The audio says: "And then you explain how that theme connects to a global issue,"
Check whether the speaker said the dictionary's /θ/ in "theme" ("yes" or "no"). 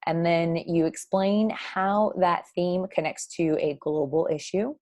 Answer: yes